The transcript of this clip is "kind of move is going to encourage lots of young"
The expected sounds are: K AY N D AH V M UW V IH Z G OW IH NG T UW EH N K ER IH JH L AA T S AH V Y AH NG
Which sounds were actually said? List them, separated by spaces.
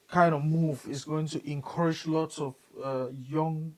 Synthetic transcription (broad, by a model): K AY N D AH V M UW V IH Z G OW IH NG T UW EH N K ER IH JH L AA T S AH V Y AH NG